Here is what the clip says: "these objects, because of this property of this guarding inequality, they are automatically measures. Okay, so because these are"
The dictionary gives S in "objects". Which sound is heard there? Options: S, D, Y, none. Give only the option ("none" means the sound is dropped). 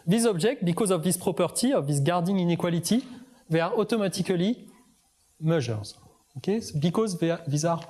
none